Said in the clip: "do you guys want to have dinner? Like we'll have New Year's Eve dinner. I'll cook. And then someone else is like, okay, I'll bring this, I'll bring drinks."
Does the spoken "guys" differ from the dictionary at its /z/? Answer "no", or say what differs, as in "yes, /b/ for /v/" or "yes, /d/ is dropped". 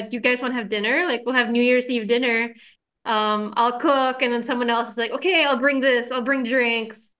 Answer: no